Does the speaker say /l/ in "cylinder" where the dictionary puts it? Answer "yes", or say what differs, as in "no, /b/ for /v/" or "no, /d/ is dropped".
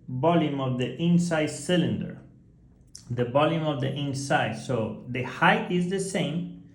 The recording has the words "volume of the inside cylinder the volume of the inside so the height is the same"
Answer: yes